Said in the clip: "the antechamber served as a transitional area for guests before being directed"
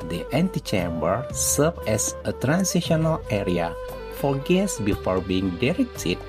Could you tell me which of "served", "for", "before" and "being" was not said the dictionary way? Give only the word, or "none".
served